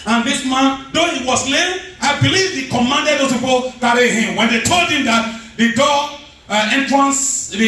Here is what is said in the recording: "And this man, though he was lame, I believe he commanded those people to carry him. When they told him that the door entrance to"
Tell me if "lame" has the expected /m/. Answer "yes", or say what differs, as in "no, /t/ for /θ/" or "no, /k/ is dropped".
no, /m/ is dropped